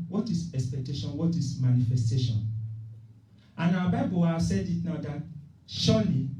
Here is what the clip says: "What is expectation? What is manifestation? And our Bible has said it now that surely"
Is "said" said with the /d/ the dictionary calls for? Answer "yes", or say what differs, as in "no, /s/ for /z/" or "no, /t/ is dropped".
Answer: yes